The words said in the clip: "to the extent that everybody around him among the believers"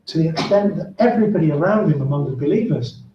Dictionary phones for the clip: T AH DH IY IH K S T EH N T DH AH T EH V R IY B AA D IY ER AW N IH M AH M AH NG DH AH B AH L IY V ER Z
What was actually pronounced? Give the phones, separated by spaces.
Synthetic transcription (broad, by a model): T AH DH IY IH K S T EH N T DH AH T EH V R IY B AA D IY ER AW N IH M AH M AH NG DH AH B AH L IY V ER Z